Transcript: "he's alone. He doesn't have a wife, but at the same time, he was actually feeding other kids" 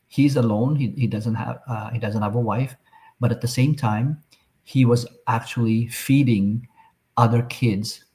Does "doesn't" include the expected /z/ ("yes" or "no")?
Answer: yes